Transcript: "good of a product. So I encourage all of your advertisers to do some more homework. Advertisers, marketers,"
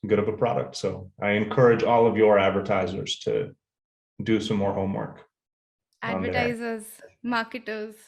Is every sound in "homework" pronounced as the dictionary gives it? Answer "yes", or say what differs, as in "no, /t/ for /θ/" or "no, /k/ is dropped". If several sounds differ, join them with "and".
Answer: yes